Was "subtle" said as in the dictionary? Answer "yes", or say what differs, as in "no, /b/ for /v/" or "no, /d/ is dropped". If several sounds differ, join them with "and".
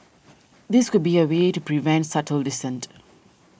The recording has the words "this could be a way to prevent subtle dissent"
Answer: yes